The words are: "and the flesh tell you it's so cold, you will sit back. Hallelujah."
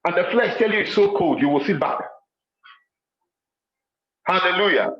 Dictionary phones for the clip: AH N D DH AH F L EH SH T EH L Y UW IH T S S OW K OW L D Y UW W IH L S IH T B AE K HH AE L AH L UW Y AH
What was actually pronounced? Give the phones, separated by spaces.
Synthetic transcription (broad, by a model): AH N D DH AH F L EH SH T EH L Y UW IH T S S OW K OW L D Y UW W IH L S IH T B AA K HH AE L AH L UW Y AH